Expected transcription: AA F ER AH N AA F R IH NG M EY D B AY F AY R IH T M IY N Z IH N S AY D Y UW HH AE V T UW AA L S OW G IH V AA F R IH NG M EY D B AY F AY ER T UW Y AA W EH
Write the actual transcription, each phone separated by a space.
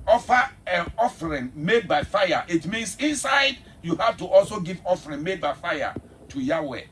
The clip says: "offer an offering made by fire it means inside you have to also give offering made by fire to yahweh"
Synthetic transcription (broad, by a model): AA F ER AH N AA F R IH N M EY D B AY F AY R IH T M IY N S IH N S AY D Y UW HH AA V T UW AA L S OW G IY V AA F R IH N M EY D B AY F AY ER T UW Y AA W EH